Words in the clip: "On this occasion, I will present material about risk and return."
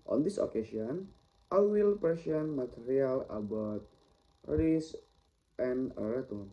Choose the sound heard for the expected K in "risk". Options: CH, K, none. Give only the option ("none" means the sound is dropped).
none